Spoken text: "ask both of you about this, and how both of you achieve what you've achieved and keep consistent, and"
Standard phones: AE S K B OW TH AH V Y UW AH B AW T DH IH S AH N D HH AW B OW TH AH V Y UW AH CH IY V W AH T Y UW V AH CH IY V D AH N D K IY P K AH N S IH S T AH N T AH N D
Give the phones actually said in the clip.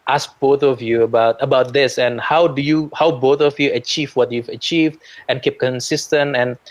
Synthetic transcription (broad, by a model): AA S K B OW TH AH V Y UW AH B AW T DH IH S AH N D HH AW B OW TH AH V Y UW AH CH IY V W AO T Y UW V AH CH IY V D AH N K IY P K AH N S IH S T AH N T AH N